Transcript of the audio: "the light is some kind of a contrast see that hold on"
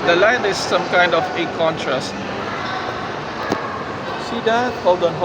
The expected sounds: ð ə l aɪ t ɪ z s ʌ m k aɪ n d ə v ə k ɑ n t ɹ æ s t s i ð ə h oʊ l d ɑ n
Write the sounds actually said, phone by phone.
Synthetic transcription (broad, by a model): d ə l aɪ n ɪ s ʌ m k aɪ n d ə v ə k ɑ n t ɹ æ s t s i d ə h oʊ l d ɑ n